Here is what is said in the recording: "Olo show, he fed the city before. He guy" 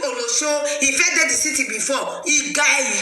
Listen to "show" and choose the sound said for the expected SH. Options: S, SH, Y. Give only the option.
S